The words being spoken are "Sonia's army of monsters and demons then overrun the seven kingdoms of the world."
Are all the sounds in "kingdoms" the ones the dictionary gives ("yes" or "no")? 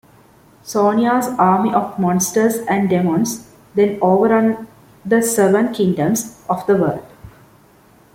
no